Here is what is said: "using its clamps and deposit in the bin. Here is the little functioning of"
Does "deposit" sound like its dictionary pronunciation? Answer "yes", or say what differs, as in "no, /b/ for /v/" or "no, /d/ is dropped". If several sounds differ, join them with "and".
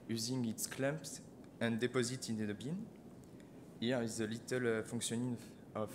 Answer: yes